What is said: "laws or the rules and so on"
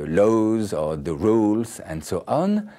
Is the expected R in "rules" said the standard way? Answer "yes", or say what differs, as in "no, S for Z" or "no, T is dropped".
yes